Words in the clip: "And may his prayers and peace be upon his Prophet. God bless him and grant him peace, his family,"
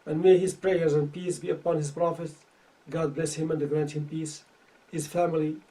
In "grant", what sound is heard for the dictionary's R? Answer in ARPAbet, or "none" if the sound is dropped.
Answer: R